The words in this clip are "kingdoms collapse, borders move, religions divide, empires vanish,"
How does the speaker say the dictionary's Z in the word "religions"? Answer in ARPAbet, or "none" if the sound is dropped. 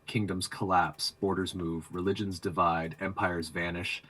Z